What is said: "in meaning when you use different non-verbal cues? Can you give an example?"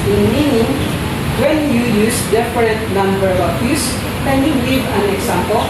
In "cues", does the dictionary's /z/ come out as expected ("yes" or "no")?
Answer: no